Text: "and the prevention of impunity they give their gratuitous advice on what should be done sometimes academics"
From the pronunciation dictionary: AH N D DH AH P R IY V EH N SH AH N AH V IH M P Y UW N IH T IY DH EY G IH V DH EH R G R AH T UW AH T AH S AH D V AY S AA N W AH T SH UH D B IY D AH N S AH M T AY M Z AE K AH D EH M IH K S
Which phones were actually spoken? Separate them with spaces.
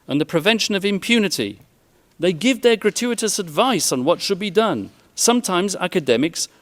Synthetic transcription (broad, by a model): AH N DH AH P R IY V EH N SH AH N AH V IH M P Y UW N IH T IY DH EY G IH V DH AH R G R AH T UW AH T AH S AH D V AY S N W AH T SH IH D B IY D AH N S AH M T AY M Z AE K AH D EH M IH K S